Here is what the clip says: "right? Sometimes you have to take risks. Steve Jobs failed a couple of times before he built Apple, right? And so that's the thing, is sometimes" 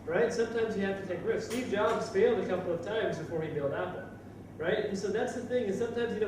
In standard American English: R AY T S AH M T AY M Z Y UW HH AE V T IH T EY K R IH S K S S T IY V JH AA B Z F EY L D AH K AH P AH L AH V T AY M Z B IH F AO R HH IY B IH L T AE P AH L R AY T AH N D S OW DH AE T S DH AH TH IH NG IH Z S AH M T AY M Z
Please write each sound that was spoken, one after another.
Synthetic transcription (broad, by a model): R AY T S AH M T AY M Z Y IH HH AE F T IH T EY K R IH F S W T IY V JH AA B Z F EY L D AH K AH P L AH V T AY M Z B IH F AO R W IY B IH L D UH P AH R AY T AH N S OW DH AE T S DH AH TH IH NG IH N S AH M T AY M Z